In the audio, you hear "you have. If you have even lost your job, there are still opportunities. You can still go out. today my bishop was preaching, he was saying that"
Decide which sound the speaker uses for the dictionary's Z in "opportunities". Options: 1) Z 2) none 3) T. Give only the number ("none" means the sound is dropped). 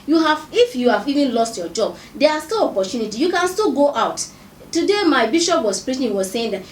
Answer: 2